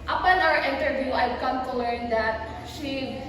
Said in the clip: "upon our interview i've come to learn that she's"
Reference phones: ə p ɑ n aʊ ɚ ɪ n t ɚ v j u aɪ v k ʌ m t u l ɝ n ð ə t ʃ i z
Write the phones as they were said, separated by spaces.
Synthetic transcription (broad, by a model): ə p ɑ n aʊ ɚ ɪ n t ɚ v j u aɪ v k ʌ m t u l ɝ n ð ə t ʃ i